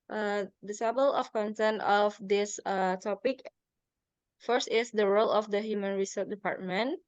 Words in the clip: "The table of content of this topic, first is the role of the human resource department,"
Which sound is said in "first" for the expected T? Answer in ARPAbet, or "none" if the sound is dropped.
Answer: T